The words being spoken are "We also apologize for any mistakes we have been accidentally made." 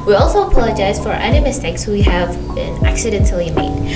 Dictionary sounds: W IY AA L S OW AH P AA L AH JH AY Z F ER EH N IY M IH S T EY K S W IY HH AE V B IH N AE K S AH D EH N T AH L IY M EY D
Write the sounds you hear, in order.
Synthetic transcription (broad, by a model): W IY AA L S OW AH P AA L AH JH AY Z F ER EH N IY M IH S T EY K S W IY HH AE V B IH N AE K S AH D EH N T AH L IY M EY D